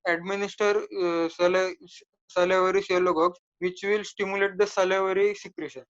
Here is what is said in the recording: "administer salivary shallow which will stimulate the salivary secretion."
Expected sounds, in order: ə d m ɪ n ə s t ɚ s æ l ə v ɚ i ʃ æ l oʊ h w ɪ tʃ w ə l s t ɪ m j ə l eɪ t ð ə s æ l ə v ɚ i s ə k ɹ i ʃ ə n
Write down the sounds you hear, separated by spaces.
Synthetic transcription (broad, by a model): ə d m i n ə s t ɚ s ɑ l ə v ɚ i s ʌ l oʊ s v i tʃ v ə l s t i m j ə l eɪ t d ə s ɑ l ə v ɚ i s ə k ɹ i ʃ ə n